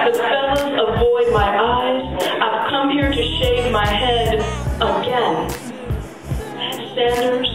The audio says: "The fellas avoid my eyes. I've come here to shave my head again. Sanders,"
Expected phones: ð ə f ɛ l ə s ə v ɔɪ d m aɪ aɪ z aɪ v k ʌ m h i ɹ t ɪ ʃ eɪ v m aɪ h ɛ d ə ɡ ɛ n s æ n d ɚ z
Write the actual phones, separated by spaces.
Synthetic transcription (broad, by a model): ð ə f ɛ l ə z ə v ɔɪ d m aɪ aɪ z aɪ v k ʌ m h i ɹ t ɪ ʃ eɪ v m aɪ h ɛ d ə ɡ ɛ n s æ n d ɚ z